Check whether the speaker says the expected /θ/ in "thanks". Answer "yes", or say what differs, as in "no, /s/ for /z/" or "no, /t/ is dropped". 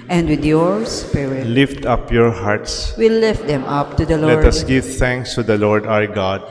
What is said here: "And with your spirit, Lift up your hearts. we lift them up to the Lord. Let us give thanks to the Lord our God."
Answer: no, /t/ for /θ/